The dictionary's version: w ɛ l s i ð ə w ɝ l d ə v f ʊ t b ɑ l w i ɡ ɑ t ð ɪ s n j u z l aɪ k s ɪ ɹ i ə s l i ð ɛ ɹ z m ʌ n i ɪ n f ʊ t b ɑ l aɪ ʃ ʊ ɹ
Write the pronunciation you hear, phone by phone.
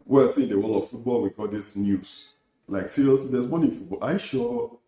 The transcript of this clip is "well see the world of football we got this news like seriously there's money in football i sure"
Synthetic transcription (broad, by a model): w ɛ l s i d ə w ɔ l ə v f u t b ɑ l w i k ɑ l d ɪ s n j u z l aɪ k s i ɹ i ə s l i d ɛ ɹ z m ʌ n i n f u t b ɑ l aɪ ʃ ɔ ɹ